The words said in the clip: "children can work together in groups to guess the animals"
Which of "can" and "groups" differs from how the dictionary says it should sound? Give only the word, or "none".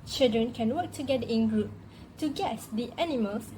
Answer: groups